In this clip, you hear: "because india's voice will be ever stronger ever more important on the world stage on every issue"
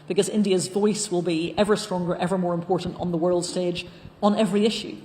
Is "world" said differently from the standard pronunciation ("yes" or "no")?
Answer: no